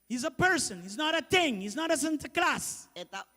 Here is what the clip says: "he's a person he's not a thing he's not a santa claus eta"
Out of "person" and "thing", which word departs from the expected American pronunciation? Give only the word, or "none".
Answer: thing